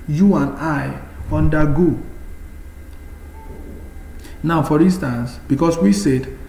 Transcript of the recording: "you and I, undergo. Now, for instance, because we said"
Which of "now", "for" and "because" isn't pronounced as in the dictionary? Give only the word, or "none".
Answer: because